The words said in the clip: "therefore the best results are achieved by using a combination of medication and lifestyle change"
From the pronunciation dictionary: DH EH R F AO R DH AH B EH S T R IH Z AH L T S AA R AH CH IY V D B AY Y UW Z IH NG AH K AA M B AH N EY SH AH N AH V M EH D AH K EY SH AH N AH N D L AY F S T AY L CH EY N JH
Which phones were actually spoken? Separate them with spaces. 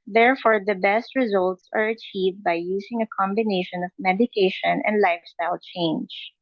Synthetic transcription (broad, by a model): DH EH R F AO R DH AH B EH S T R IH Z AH L T S AA R AH CH IY V D B AY Y UW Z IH NG AH K AA M B AH N EY SH AH N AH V M EH D AH K EY SH AH N AH N D L AY F S T AY L CH EY N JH